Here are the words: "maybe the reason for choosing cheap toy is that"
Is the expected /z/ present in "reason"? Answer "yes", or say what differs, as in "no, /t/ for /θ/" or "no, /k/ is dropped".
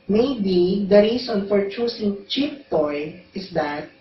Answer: no, /s/ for /z/